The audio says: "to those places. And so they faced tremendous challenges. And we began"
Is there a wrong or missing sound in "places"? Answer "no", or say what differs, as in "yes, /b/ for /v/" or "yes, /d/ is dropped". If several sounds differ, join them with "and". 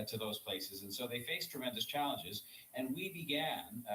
no